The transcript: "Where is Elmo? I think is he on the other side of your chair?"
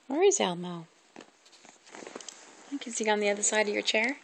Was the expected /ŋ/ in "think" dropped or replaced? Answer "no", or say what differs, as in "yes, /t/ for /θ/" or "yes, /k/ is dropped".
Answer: yes, /ŋ/ is dropped